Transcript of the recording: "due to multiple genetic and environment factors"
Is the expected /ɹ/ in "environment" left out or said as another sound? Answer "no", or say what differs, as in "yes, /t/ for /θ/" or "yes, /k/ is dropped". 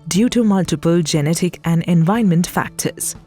yes, /ɹ/ is dropped